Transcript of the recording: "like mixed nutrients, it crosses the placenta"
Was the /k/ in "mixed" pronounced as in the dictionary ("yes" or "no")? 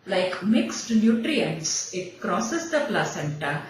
yes